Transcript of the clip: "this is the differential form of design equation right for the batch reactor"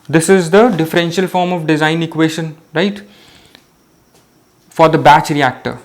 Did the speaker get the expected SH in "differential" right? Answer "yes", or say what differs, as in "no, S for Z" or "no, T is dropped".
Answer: yes